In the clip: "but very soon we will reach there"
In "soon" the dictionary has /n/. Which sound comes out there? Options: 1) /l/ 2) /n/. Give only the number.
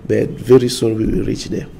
1